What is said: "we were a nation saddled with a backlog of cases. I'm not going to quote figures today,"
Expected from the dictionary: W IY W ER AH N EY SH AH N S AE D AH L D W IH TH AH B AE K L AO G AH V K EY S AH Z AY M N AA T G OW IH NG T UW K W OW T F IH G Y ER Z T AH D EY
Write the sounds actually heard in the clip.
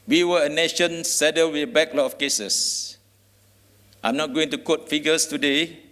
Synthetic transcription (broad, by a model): W IY W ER AH N EY SH AH N S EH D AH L W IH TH AH B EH K L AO AH F K EY S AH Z AY M N AA T G OW IH NG T UW K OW T F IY G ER S T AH D EY